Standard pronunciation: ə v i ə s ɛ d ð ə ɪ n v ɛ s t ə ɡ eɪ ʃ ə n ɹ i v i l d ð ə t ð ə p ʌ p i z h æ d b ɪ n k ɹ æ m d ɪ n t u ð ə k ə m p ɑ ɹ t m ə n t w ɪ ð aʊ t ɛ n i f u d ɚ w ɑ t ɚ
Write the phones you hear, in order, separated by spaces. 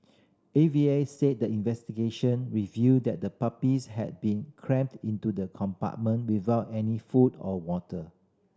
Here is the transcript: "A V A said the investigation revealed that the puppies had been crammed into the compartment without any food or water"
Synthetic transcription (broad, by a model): ə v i ə s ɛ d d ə ɪ n v ɛ s t ə ɡ eɪ ʃ ə n ɹ i v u d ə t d ə p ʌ p i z h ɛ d b ɪ n k ɹ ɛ m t ɪ n t u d ə k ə m p ɑ t m ə n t w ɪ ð aʊ t ɛ n i f u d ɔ w ɑ t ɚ